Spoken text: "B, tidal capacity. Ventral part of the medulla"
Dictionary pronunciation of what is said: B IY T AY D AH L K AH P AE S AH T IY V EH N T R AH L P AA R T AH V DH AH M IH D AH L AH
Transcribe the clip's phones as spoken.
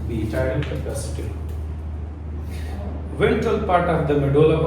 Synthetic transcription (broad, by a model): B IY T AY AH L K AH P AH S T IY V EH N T AH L P AA R T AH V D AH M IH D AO L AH